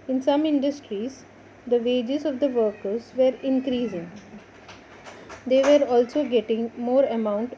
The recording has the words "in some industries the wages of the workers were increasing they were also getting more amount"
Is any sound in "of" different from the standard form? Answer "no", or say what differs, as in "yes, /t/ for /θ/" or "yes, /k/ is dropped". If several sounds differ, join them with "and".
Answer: no